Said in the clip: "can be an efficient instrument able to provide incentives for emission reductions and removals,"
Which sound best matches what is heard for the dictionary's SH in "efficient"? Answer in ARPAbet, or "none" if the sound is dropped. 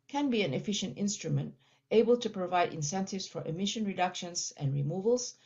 SH